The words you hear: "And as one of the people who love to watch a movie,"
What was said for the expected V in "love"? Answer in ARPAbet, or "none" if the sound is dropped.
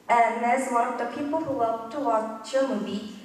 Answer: P